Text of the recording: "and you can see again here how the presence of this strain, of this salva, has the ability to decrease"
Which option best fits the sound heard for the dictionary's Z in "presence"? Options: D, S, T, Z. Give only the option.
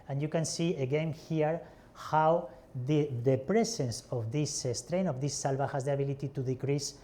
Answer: S